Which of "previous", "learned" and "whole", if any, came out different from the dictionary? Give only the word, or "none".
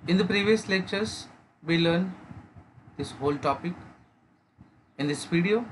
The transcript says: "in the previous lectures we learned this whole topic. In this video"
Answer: none